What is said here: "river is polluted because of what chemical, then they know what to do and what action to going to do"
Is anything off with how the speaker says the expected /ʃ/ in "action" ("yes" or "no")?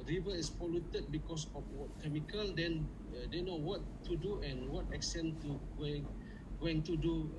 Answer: yes